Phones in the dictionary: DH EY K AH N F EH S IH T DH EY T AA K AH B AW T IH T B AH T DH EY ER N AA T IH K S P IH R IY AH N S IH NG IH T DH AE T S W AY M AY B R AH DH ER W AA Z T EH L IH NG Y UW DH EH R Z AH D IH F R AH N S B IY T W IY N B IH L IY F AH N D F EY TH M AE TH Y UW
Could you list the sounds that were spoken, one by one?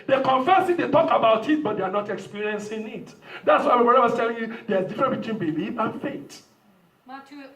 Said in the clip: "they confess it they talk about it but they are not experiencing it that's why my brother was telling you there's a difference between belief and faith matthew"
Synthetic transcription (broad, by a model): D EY K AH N F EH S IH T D EY T AA K AH B AW T IH T B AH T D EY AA N AA T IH K S P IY R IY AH N S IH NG IH T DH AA T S W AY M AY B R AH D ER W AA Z T EH L IH NG Y UW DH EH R AH D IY F R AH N B IY T W IY N B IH L IY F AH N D F EY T